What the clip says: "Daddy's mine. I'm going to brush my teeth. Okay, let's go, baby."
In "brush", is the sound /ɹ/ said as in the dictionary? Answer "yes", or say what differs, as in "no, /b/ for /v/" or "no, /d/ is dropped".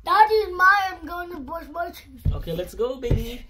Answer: no, /ɹ/ is dropped